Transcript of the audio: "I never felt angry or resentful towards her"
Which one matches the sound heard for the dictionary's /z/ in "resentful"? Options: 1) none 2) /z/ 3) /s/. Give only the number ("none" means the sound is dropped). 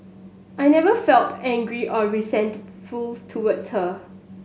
3